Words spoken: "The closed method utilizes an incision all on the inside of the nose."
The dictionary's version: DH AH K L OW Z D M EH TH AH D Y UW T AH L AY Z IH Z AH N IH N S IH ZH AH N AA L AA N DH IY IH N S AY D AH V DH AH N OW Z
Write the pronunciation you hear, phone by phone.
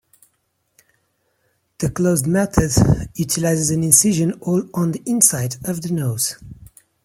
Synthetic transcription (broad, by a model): DH AH K L OW Z D M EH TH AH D Y UW T AH L AY Z IH Z AH N IH N S IH ZH AH N AA L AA N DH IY IH N S AY D AH V DH AH N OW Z